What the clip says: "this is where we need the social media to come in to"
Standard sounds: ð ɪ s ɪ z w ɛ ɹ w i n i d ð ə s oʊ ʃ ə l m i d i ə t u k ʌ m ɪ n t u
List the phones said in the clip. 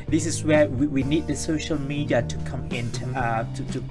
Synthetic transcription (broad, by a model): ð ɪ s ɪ s w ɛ w w i n i d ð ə s oʊ ʃ ə l m i d i ə t u k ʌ m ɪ n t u